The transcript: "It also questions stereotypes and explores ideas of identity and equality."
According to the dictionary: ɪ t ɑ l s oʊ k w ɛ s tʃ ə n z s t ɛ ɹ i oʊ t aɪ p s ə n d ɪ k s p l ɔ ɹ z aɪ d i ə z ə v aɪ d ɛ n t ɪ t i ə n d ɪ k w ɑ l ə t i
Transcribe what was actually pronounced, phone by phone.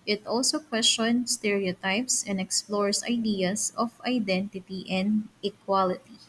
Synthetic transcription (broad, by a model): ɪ t ɑ l s oʊ k w ɛ s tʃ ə n s t ɛ ɹ i oʊ t aɪ p s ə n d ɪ k s p l ɔ ɹ s aɪ d i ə s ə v aɪ d ɛ n t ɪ t i ə n d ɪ k w ɑ l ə t i